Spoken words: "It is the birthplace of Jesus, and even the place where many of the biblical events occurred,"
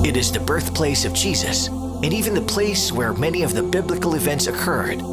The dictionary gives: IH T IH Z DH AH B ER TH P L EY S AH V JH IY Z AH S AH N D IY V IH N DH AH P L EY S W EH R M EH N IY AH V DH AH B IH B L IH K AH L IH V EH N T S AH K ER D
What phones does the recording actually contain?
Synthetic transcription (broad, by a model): IH T IH Z DH AH B ER TH P L EY S AH V JH IY Z AH S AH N IY V IH N DH AH P L EY S W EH R M EH N IY AH V DH AH B IH B L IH K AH L IH V EH N T S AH K ER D